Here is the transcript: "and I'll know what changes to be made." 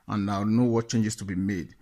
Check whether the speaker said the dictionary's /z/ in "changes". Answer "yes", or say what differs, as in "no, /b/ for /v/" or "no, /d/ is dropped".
no, /s/ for /z/